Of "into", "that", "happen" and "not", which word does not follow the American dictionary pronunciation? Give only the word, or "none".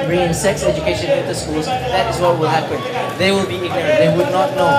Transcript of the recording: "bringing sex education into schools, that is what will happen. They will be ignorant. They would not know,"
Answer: into